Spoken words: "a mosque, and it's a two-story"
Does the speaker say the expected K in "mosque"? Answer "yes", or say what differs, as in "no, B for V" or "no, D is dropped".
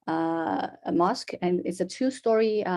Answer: yes